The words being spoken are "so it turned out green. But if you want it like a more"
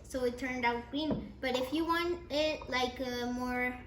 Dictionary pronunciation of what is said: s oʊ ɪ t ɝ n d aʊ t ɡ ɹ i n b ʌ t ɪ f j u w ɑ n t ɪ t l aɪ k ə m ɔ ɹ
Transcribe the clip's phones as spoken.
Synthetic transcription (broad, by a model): s oʊ ɪ t ɝ n d aʊ t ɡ i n b ʌ t ɪ f j u w ɑ n t ɪ t l aɪ k ə m ɔ ɹ